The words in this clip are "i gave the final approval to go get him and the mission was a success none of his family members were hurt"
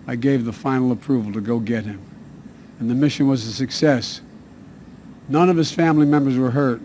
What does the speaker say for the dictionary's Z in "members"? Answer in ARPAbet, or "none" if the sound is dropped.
Z